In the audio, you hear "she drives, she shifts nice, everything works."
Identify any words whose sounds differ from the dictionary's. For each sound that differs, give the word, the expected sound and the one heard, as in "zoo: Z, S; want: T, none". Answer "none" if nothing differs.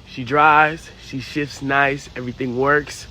drives: V, none